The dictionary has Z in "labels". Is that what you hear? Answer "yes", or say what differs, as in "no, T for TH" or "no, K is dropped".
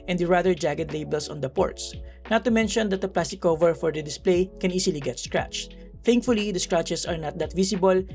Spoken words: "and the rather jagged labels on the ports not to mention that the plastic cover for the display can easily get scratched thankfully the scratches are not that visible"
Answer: no, S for Z